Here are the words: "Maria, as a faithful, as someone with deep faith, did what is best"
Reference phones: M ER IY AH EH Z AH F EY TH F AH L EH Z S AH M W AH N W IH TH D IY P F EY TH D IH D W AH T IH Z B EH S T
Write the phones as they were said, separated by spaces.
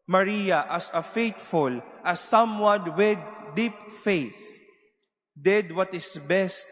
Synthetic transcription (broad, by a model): M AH IY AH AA S AH F EY T F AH L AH S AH M W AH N W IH D IY P F EY TH D IH D W AH T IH S B EH S T